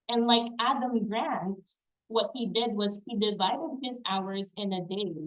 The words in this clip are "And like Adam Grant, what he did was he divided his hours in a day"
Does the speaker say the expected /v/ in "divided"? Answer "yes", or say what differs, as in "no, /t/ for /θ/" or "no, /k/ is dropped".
yes